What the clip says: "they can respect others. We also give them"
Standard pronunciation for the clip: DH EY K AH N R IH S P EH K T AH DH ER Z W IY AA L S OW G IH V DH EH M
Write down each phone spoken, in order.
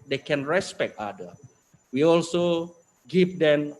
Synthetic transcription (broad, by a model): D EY K AH N R IH S P EH K T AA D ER W IY AA L S OW G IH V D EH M